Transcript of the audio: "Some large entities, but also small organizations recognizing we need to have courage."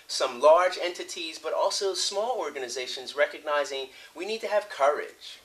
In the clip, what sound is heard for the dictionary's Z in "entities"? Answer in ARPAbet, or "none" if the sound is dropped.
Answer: Z